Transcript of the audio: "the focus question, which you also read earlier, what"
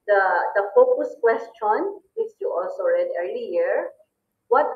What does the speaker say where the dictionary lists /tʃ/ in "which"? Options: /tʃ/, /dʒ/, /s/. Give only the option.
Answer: /s/